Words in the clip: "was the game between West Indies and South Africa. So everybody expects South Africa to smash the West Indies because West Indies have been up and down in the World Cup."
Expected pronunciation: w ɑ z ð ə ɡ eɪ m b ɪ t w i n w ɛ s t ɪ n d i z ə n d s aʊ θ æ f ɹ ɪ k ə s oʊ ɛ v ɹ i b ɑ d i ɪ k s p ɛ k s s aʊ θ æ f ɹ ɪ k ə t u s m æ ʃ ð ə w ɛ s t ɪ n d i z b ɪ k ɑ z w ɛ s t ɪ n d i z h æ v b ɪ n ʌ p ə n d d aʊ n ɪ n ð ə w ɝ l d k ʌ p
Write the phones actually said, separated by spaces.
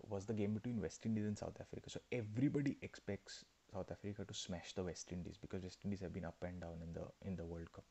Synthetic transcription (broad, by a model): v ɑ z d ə ɡ eɪ m b ɪ t w i n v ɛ s t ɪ n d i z ə n d s aʊ t æ f ɹ ɪ k ə s oʊ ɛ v ɹ i b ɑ d i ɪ k s p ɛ k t s aʊ t æ f ɹ ɪ k ə t u s m æ ʃ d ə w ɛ s t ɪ n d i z b ɪ k ɑ z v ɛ s t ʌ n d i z h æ v b ɪ n ʌ p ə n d d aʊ n ɪ n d ə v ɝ l d k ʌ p